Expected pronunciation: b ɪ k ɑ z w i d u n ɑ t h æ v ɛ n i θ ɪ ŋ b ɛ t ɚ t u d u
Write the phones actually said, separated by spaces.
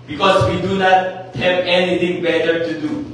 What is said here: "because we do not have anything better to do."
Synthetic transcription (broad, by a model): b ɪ k ɑ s w i d u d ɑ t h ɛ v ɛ n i t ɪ ŋ b ɛ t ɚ t u d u